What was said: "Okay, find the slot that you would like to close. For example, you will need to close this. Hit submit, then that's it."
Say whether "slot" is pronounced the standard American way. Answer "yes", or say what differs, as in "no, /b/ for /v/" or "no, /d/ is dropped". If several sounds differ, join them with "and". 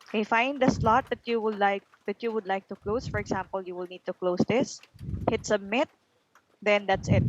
yes